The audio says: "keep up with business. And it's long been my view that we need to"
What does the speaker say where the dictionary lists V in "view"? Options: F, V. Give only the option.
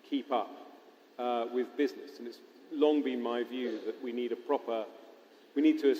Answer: V